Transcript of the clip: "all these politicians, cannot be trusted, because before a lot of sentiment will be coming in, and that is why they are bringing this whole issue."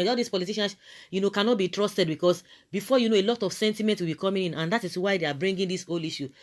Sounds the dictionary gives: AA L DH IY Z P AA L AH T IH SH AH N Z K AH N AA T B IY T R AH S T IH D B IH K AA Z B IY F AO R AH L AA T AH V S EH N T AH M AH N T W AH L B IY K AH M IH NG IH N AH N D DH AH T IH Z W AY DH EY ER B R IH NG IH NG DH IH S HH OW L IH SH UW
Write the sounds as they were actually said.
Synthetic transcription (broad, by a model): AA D IY S P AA L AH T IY SH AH N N K AH N AA T B IY T R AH S T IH D B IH K AA S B IY F AO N AH L AA T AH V S EH N T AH M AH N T W AH L B IY K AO M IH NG IH N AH N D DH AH T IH S W AY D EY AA B R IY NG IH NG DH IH S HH OW L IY SH UW